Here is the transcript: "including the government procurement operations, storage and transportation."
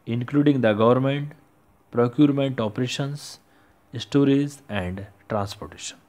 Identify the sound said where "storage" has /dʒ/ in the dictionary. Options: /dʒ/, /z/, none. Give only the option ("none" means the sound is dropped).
/z/